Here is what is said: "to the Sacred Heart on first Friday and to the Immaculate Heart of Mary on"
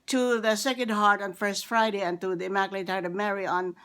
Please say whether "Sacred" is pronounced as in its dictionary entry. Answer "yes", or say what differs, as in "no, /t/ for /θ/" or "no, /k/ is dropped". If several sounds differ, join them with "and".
no, /ɹ/ is dropped